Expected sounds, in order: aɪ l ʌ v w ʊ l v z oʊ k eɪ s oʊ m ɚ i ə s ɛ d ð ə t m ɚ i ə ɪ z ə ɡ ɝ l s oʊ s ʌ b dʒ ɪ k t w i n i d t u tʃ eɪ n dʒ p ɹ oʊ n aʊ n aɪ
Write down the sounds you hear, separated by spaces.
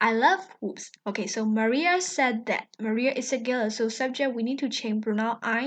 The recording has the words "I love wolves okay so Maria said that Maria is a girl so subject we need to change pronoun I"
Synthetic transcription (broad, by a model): aɪ l ʌ v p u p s oʊ k eɪ s oʊ m ɚ i ə s ɛ d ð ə t m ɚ i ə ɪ s ə ɡ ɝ l s oʊ s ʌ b dʒ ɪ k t w i n i d t u tʃ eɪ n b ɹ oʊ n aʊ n aɪ